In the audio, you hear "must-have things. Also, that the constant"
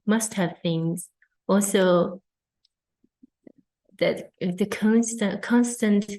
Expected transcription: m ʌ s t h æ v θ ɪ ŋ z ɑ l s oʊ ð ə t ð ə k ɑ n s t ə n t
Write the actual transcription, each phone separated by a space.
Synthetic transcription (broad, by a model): m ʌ s t h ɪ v θ ɪ ŋ z ɑ l s oʊ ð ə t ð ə k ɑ n s t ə n t